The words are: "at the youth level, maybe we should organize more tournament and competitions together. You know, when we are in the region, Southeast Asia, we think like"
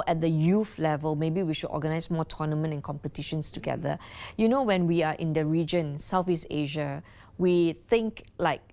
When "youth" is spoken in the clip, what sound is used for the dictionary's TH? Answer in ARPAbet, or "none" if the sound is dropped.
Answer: F